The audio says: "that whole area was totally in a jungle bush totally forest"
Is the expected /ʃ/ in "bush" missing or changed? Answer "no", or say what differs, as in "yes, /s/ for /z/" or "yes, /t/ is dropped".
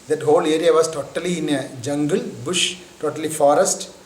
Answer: no